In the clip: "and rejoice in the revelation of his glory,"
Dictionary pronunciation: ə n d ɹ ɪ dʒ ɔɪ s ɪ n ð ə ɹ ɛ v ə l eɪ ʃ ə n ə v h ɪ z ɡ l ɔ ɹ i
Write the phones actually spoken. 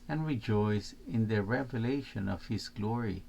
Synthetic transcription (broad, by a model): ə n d ɹ ɪ dʒ ɔɪ s ɪ n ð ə ɹ ɛ v ə l eɪ ʃ ə n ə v h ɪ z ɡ l ɔ ɹ i